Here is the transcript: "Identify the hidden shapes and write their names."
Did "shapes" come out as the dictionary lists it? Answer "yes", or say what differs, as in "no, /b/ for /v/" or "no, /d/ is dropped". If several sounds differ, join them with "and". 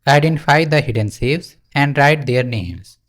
no, /s/ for /ʃ/